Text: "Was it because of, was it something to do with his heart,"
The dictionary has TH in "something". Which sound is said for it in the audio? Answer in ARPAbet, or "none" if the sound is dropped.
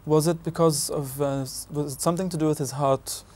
TH